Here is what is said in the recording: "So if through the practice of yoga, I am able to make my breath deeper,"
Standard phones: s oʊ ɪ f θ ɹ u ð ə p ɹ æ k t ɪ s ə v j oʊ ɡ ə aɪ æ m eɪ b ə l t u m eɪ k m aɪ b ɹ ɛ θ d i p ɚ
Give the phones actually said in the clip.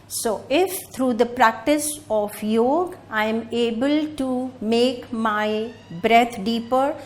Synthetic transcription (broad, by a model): s oʊ ɪ f t ɹ u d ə p ɹ æ k t ɪ s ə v j oʊ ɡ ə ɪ m eɪ b ə l t u m eɪ k m aɪ b ɹ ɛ t d i p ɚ